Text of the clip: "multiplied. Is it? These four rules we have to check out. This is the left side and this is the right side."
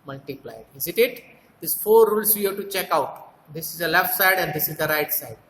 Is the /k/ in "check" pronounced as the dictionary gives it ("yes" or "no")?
yes